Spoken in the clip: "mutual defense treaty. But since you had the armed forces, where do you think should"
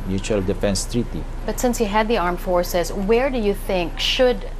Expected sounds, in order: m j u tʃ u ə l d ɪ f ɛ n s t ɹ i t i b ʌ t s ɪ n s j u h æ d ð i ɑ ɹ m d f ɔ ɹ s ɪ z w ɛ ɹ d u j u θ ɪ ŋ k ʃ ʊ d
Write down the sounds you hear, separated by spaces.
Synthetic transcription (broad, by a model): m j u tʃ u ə l d ɪ f ɛ n s t ɹ i t i b ʌ t s ɪ n s j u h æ d ð i ɑ ɹ m f ɔ ɹ s ɪ z w ɛ ɹ d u j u θ ɪ ŋ k ʃ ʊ d